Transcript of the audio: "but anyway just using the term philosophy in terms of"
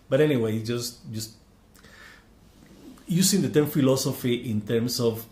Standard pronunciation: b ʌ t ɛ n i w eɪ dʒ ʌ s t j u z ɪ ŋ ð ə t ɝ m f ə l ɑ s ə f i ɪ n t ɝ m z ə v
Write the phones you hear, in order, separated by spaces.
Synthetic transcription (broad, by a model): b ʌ t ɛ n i w eɪ dʒ ʌ s t j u s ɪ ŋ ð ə t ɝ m f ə l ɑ s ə f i ɪ n t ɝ m s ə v